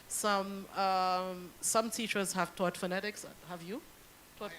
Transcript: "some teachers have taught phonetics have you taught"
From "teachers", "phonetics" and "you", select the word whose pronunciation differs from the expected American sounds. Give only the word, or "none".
none